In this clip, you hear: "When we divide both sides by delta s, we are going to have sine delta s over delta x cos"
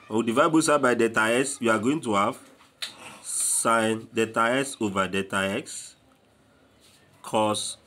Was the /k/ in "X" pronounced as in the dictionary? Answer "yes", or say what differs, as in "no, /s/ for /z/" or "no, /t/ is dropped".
yes